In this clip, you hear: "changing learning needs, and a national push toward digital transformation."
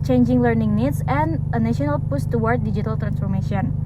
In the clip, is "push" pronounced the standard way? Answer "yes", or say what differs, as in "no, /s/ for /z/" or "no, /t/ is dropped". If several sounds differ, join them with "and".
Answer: no, /s/ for /ʃ/